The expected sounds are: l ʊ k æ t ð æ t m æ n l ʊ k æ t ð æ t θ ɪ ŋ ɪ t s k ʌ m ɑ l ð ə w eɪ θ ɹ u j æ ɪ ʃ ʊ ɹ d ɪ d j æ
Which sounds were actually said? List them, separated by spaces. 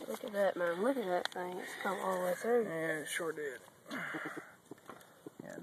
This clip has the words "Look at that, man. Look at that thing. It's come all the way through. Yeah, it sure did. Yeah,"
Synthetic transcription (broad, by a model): l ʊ k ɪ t ð æ t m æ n l ʊ k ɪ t ð æ t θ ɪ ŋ ɪ t s k ʌ m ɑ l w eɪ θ u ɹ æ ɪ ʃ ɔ ɹ d ɪ d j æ